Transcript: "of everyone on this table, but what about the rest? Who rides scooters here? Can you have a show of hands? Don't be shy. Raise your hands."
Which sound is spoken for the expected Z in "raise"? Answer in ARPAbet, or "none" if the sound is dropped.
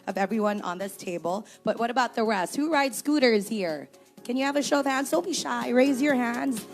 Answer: Z